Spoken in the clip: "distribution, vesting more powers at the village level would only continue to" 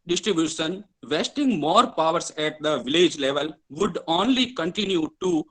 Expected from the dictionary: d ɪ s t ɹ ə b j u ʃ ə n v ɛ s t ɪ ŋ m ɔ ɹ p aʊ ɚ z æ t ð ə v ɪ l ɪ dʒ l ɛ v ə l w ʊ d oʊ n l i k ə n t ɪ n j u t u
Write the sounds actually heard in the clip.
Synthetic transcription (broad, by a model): d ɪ s t ɹ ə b j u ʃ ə n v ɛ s t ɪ ŋ m ɔ ɹ p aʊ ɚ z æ t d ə v ɪ l ɪ dʒ l ɛ v ə l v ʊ d oʊ n l i k ə n t ɪ n j u t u